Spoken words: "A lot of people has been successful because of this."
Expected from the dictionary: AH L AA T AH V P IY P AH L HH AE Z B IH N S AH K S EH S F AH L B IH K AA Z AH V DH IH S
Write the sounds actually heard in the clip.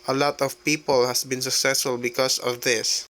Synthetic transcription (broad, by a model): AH L AA T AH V P IY P AH L HH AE S B IH N S AH K S EH S F AH L B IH K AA S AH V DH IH S